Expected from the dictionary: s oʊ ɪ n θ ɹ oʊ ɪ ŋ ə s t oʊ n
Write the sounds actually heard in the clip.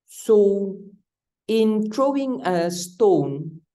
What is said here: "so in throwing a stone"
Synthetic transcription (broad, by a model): s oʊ ɪ n t ɹ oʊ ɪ ŋ ə s t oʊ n